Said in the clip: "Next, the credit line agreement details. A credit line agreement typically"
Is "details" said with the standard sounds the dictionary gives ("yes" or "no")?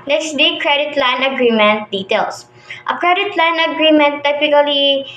no